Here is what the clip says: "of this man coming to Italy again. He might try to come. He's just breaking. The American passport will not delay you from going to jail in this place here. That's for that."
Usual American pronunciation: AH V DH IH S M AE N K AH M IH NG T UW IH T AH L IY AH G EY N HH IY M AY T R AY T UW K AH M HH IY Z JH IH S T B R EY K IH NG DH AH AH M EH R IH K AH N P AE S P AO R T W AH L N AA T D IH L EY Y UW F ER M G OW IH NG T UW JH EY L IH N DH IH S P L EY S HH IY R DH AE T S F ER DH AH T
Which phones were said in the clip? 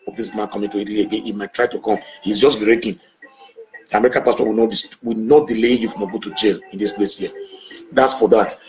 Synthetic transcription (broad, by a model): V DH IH S M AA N K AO M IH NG T UW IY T L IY AH G EY N HH IY M AY T R AY T UW K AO M HH IY Z JH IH S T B R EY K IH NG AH M EH R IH K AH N P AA S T AO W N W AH W N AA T D IH L EY Y UW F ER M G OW T UW JH EY L IH N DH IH S P L EY S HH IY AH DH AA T S F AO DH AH T